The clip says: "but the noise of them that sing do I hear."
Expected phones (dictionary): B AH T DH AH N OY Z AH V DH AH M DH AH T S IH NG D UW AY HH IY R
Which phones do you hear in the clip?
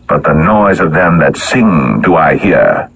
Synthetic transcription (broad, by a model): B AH T DH AH N OY Z AH V DH AH M DH AH T S IH NG D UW AY HH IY R